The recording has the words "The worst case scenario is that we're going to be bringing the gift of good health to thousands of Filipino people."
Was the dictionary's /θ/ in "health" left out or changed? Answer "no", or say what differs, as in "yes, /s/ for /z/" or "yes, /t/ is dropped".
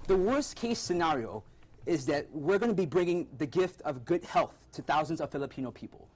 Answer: no